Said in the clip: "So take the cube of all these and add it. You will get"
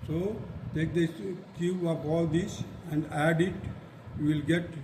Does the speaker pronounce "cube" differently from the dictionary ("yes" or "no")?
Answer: yes